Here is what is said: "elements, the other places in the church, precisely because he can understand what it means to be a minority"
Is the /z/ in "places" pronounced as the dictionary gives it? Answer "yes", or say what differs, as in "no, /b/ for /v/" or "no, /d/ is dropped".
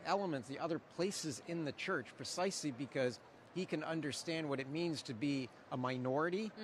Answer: yes